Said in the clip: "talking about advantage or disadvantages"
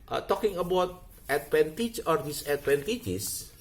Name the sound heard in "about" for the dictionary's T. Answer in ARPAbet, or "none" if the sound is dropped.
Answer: T